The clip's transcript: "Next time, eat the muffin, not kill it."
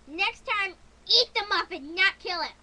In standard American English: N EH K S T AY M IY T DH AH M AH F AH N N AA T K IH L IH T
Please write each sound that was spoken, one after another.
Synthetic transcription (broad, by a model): N EH K S T AY M IY T DH AH M AH P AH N N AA T K IH L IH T